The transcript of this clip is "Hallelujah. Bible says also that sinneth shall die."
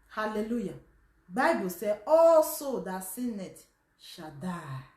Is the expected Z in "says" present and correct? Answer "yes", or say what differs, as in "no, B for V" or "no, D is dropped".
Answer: no, Z is dropped